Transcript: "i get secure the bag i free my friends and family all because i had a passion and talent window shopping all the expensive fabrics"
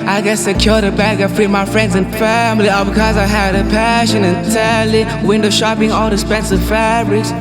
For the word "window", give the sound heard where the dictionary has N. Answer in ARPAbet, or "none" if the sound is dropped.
N